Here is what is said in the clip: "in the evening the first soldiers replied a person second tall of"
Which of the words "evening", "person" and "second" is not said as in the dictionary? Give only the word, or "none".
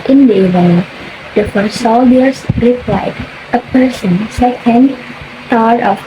evening